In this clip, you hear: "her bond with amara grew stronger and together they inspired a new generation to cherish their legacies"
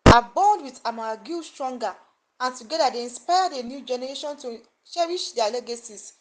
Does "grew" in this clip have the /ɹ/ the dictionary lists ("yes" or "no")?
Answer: no